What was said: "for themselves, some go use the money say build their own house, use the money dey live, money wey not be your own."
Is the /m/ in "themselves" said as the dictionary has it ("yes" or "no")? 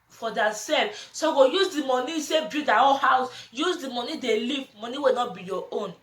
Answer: no